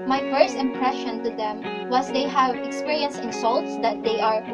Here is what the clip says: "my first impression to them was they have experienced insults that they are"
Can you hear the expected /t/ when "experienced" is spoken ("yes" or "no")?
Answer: no